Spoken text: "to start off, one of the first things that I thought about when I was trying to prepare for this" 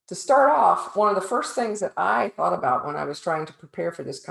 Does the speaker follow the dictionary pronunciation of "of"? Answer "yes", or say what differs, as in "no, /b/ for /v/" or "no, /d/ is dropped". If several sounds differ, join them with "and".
yes